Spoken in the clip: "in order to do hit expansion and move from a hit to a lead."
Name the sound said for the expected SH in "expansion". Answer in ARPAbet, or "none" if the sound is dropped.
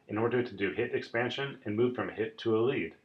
SH